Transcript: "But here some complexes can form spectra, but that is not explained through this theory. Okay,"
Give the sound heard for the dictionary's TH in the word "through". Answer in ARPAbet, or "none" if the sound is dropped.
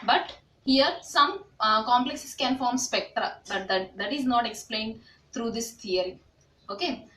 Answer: T